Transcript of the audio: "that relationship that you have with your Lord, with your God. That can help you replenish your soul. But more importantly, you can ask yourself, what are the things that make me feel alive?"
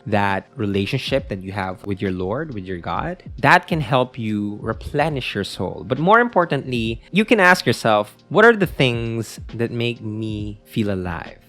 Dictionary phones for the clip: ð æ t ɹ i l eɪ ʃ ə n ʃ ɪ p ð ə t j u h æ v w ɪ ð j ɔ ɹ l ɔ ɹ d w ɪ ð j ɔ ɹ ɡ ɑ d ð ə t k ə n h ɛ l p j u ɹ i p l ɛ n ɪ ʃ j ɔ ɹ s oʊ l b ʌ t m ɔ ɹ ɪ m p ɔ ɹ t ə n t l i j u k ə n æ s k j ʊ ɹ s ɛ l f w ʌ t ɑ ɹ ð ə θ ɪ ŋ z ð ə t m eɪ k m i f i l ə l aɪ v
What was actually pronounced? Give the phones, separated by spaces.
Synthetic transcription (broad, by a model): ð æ t ɹ i l eɪ ʃ ə n ʃ ɪ p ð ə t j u h æ v w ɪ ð j ɔ ɹ l ɔ ɹ d w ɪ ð j ɔ ɹ ɡ ɑ d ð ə t k ə n h ɛ l p j u ɹ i p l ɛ n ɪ ʃ j ɔ ɹ s oʊ l b ʌ t m ɔ ɹ ɪ m p ɔ ɹ t ə n t l i j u k ə n æ s k j ʊ ɹ s ɛ l f w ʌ t ɑ ɹ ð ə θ ɪ ŋ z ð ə t m eɪ k m i f i l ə l aɪ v